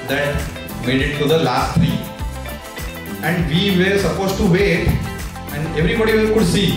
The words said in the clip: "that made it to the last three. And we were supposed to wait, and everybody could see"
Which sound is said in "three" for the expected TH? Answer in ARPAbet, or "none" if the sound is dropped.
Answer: T